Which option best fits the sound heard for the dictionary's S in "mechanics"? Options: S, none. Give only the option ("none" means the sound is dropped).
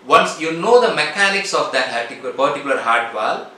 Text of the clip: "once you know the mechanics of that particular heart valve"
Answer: S